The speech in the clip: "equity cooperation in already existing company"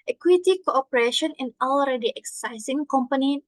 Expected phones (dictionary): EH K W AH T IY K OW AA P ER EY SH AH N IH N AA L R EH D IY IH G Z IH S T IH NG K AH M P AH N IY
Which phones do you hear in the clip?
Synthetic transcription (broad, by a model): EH K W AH T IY K OW AA P ER EY SH AH N IH N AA L R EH D IY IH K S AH S S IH NG K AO M P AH N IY